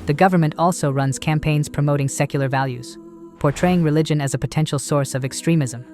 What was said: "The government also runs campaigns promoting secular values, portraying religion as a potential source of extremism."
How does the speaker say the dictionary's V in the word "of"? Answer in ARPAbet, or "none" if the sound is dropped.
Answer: V